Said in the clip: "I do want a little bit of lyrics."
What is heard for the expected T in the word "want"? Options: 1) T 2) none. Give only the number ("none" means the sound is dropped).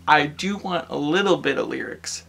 1